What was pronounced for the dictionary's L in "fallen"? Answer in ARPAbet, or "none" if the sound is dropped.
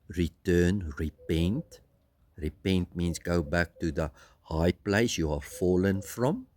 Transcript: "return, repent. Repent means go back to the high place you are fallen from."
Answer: L